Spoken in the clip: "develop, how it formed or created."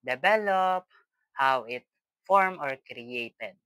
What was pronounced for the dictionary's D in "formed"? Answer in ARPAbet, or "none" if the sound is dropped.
none